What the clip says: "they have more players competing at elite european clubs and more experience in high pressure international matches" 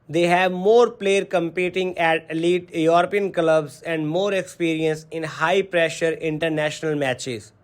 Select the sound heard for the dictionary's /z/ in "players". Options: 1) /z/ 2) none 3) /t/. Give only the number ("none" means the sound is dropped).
2